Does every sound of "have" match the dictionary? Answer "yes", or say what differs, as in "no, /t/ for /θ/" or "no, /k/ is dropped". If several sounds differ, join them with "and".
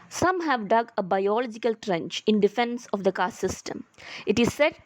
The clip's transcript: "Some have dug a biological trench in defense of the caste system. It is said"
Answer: yes